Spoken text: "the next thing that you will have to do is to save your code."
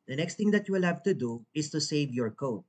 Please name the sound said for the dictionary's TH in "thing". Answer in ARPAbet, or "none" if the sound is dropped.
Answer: T